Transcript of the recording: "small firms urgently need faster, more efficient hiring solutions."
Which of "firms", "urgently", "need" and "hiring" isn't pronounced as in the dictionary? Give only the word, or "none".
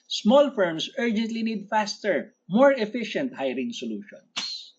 firms